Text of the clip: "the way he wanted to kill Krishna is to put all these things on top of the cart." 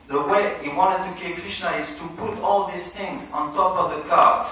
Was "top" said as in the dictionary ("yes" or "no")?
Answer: yes